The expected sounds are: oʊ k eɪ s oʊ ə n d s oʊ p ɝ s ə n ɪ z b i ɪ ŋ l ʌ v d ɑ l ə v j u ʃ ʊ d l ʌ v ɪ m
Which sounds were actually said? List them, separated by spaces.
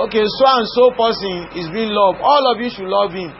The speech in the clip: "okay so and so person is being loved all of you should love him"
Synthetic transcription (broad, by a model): oʊ k eɪ s oʊ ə n s oʊ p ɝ s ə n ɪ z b i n l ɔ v ɑ l ə v j u ʃ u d l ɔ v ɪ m